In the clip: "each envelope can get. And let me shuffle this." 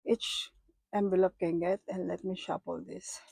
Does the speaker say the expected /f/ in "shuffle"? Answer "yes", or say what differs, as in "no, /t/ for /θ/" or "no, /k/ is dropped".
no, /p/ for /f/